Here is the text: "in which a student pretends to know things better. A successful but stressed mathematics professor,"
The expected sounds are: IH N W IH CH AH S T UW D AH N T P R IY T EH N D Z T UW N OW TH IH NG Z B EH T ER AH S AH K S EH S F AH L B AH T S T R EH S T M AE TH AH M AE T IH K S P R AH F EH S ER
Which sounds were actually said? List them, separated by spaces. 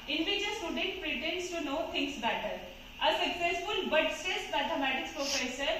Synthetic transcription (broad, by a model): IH N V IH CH AH S T UW D AH N T P R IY T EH N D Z T UW N OW T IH NG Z B EH T ER AH S AH K S EH S F AH L B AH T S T EH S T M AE T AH M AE T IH K S P R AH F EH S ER